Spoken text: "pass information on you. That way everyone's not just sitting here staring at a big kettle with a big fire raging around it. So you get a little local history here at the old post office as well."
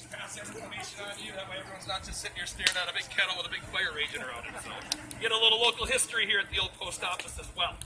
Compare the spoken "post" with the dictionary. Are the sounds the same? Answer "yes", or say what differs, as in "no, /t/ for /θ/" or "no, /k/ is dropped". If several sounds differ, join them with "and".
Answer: yes